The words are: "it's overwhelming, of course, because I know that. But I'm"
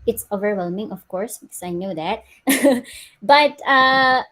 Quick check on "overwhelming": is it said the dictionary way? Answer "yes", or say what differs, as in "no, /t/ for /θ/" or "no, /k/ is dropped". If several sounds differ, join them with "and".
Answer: yes